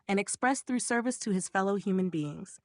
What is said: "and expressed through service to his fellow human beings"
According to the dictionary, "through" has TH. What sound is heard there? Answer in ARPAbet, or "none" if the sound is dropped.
TH